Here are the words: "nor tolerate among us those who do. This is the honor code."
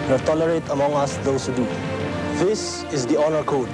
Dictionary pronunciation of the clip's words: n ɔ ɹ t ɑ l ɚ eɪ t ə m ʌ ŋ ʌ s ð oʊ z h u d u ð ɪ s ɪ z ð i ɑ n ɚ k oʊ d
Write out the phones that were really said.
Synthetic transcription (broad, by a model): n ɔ t ɑ l ɚ eɪ t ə m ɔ ŋ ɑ s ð oʊ s h u d u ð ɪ s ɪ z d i ɑ n ɚ k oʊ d